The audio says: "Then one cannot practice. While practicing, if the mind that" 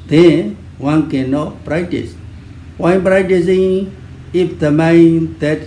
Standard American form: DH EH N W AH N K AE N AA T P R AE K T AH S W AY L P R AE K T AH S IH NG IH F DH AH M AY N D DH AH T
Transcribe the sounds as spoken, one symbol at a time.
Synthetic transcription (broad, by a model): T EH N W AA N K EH N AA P R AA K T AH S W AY N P R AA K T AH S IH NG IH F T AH M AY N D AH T